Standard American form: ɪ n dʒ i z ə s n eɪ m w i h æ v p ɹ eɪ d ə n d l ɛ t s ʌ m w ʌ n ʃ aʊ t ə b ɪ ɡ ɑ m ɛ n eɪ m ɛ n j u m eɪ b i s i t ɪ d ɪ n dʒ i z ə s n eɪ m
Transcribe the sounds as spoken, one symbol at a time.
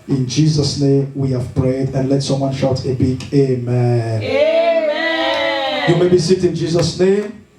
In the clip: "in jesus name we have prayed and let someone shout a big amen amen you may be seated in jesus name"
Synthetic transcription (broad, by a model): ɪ n dʒ i z ə s n eɪ m w i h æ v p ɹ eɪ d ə n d l ɛ t s ʌ m w ʌ n ʃ aʊ t ə b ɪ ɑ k eɪ m ɛ n j u m eɪ b i s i t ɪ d ɪ n dʒ i z ə s n eɪ m